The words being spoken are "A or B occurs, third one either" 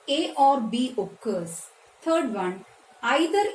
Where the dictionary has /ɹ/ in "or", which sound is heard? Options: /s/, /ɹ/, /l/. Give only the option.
/ɹ/